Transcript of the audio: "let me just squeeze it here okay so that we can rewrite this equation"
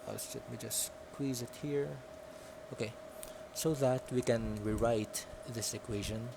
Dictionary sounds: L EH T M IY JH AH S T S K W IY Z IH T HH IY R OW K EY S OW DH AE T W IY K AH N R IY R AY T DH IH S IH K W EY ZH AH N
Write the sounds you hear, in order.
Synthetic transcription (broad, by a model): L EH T M IY JH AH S S K W IY Z IH T HH IY R OW K EY S OW DH AE T W IY K AH N R IY R AY T DH IH S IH K W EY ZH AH N